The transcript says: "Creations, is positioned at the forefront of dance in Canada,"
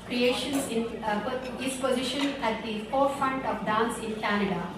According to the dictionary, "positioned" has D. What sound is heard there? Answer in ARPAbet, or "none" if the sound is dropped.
none